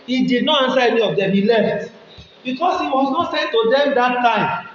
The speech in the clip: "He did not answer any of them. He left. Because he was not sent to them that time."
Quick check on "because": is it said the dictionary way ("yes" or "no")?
no